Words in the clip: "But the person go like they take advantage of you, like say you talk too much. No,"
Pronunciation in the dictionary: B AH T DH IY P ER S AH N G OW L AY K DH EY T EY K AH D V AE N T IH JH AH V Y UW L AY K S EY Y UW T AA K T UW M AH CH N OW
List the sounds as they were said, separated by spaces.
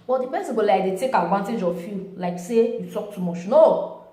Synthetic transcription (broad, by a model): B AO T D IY B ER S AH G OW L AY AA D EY T EY K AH D V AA N T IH JH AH F Y UW L AY K S EY Y UW T AA K T UW M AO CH N OW